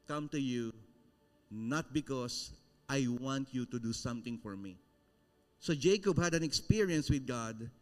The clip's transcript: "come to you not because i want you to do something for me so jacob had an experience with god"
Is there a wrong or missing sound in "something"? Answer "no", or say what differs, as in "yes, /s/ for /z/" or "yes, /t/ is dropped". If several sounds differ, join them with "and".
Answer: yes, /t/ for /θ/